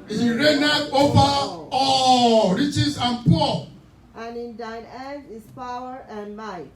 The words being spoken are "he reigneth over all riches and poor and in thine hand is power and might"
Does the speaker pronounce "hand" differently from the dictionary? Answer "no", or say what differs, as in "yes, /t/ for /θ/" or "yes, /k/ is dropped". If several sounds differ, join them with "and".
yes, /n/ is dropped